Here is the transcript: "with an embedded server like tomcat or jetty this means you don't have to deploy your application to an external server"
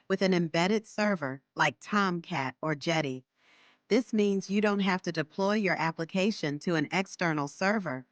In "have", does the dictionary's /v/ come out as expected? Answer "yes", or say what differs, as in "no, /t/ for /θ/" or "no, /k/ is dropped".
no, /f/ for /v/